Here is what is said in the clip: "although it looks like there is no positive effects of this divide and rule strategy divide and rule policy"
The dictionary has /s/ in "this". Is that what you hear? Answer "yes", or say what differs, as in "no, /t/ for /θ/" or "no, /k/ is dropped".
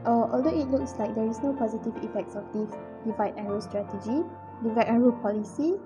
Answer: no, /s/ is dropped